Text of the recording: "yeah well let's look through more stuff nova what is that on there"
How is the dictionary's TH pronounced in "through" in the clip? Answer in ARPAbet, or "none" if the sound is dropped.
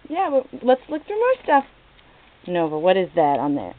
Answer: F